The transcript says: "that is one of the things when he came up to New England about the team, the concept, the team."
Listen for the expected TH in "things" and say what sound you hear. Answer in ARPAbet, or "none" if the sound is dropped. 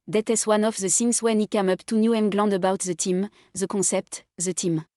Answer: S